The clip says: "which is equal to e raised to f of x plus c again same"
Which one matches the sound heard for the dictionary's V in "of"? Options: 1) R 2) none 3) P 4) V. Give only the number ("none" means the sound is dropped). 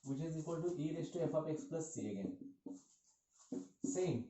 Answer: 3